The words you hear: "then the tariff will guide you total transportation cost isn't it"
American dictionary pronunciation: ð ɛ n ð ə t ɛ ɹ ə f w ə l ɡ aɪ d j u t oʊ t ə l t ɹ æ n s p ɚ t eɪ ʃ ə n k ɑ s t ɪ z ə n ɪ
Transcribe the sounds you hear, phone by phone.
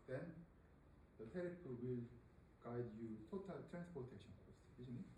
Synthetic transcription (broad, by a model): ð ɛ n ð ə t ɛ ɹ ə p w ə l ɡ aɪ d j u t oʊ t ə l t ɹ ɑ n s p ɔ t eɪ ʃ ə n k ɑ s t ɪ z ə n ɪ